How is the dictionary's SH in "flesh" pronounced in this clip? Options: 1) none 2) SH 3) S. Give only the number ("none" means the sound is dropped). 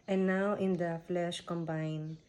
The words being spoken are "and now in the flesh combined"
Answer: 2